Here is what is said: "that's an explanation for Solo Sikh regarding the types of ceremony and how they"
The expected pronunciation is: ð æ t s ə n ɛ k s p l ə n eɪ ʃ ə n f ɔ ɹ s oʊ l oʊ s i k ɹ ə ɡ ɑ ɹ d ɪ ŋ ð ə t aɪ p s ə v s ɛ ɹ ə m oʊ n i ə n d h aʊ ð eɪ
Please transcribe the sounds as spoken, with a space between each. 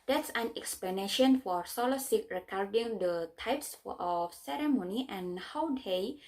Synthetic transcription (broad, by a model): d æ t s ə n ɛ k s p l ə n eɪ ʃ ə n f ɔ ɹ s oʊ l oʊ s i k ɹ ə ɡ ɑ ɹ d ɪ ŋ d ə t aɪ p s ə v s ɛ ɹ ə m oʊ n i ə n h aʊ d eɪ